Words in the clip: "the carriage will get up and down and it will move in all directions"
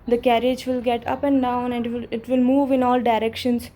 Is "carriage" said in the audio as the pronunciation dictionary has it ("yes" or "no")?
yes